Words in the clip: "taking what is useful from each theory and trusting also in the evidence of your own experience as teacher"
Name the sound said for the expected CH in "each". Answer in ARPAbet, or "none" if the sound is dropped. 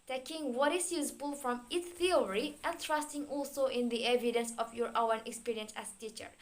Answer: S